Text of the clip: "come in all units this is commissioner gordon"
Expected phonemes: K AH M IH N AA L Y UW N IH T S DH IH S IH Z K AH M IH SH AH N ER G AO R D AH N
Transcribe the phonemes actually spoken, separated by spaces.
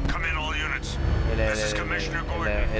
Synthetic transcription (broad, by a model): K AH M IH N AA L Y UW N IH T S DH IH IH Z K AH M IH SH AH N ER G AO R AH